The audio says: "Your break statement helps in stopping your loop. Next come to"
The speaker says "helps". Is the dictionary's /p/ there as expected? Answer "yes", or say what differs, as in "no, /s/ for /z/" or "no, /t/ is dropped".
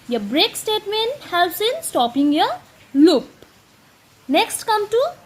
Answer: no, /p/ is dropped